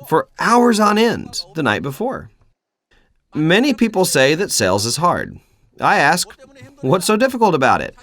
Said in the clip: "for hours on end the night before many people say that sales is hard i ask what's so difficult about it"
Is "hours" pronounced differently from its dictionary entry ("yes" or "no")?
no